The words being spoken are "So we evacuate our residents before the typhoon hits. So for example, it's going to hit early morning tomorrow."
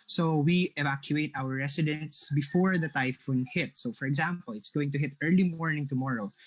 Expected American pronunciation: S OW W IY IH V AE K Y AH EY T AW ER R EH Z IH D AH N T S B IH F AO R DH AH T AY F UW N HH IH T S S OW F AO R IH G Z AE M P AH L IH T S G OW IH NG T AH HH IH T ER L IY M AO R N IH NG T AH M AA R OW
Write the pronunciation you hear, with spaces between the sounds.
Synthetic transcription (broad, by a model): S OW W IY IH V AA K Y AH EY T AW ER R EH S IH D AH N T S B IH F AO R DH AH T AY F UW N HH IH T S S OW F AO R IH G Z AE M P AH L IH T S G OW IH NG T AH HH IH T ER L IY M AO R N IH NG T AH M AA R OW